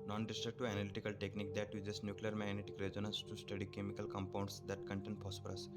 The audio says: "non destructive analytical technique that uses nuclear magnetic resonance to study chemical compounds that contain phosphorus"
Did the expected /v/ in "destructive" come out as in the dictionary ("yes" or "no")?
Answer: no